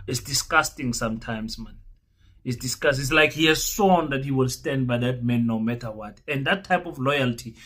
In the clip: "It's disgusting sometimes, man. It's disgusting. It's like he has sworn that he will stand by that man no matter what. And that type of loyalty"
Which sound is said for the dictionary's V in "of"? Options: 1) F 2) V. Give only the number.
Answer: 1